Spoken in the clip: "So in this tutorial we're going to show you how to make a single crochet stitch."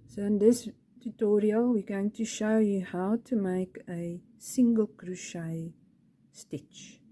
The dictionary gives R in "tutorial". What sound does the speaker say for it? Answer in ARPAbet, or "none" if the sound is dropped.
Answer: R